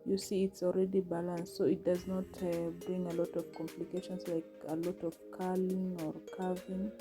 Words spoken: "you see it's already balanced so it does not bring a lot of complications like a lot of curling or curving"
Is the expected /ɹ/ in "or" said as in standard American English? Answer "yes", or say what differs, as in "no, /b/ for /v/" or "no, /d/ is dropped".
yes